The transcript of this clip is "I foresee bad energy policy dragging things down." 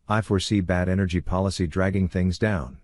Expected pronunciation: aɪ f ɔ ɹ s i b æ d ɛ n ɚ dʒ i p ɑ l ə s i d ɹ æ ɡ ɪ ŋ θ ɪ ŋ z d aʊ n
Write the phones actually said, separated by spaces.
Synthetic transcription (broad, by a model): aɪ f ɔ ɹ s i b æ d ɛ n ɚ dʒ i p ɑ l ə s i d ɹ æ ɡ ɪ ŋ θ ɪ ŋ z d aʊ n